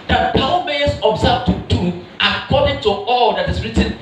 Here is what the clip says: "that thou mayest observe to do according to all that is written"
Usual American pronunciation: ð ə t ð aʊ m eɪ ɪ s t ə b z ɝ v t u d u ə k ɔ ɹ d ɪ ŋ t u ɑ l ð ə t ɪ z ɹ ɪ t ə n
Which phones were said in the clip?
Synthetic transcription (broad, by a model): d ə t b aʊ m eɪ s ə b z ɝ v t u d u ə k ɔ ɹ d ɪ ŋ t u ɑ l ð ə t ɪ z ɹ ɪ t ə n